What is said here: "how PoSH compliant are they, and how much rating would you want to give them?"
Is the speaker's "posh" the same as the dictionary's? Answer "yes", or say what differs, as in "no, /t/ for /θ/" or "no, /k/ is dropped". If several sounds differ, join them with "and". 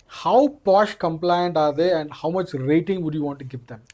yes